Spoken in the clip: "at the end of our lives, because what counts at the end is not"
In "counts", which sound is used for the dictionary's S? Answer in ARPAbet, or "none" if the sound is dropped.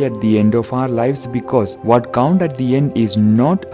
none